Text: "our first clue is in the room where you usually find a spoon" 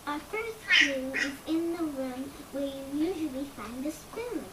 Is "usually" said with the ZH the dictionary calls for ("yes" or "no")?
yes